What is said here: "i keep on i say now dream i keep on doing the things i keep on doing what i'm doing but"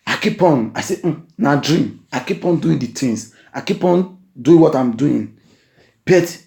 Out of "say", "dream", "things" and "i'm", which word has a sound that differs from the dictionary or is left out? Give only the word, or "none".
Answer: things